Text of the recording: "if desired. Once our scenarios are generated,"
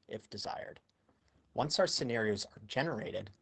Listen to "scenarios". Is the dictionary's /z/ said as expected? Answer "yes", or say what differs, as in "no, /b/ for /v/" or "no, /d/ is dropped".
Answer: yes